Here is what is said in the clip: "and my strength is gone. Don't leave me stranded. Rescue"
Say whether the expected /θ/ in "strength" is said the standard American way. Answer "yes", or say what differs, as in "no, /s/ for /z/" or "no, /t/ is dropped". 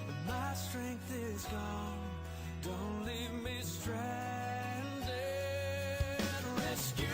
yes